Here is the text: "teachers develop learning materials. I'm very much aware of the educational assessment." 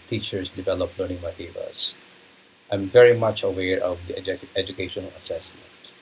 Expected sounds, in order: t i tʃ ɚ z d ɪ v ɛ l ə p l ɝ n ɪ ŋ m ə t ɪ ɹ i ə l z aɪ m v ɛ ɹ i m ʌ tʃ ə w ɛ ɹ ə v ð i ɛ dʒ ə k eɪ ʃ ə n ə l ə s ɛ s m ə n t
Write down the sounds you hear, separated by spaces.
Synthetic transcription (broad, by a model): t i tʃ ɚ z d ɪ v ɛ l ə p l ɝ n ɪ ŋ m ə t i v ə z aɪ m v ɛ ɹ i m ʌ tʃ ə w ɛ ɹ ə v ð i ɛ dʒ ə k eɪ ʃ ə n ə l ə s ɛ s m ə n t